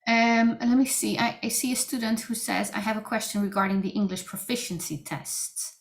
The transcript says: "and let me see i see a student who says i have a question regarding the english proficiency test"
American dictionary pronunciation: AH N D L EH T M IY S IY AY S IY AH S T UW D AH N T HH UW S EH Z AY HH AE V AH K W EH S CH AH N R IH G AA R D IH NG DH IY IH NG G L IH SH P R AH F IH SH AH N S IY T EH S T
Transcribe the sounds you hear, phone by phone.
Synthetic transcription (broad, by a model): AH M L EH T M IY S IY AY S IY AH S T UW D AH N T HH UW S EH Z AY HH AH V AH K W EH S CH AH N R IH G AA R D IH NG DH IY IH NG G L IH SH P R AH F IH SH AH N S IY T EH S T